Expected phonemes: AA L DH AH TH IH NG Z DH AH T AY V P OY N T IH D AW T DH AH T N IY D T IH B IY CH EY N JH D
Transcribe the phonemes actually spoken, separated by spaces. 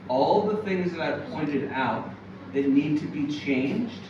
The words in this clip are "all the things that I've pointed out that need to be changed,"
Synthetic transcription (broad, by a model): AA L DH AH TH IH NG Z DH AH T AY V P OY N T IH D AW T DH AH T N IY D T IH B IY CH EY N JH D